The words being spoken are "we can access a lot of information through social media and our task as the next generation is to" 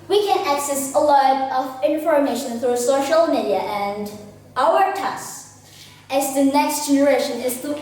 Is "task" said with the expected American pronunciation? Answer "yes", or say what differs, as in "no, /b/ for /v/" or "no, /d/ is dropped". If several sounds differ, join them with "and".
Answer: no, /k/ is dropped